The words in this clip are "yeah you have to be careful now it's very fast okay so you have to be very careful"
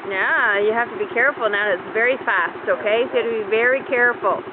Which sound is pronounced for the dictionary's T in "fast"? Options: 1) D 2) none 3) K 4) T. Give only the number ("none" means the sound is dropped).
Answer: 4